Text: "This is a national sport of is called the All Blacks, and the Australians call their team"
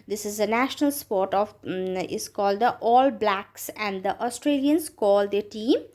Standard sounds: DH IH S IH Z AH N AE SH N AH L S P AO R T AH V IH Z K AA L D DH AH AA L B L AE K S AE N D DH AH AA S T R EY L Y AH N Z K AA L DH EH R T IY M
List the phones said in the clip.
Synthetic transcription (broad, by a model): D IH S IH Z AH N AE SH N AH L S P AO R T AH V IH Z K AA L D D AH AA L B L AE K S AE N D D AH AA S T R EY L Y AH N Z K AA L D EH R T IY M